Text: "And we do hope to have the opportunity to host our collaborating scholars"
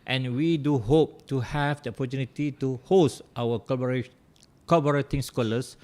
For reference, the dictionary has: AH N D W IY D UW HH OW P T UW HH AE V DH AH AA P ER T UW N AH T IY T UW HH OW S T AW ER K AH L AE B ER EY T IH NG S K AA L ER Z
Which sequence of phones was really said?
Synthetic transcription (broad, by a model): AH N W IY D UW HH OW P T UW HH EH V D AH AA P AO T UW N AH T IY T UW HH OW S T AW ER K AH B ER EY T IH NG S K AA L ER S